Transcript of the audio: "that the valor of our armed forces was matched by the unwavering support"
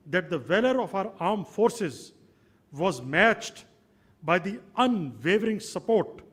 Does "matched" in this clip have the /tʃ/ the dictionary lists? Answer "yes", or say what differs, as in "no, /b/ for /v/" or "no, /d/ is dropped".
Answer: yes